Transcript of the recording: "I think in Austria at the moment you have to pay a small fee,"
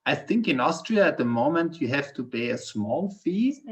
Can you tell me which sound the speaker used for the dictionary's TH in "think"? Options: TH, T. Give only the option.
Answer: TH